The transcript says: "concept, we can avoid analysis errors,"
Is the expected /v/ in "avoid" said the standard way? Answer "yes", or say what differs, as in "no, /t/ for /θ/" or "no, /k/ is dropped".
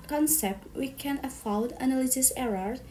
no, /f/ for /v/